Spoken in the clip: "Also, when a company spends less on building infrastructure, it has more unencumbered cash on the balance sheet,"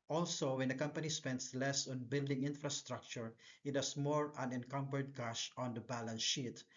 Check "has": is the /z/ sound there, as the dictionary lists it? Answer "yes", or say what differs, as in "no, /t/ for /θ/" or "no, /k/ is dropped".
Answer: no, /s/ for /z/